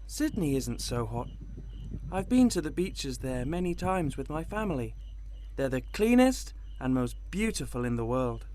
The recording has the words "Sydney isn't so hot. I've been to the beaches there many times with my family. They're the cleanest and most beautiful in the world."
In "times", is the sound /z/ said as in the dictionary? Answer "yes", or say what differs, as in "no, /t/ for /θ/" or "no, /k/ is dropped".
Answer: yes